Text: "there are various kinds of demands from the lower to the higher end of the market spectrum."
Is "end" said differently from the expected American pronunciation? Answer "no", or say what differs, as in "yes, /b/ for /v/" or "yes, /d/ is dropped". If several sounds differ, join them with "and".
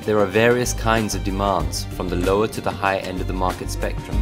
no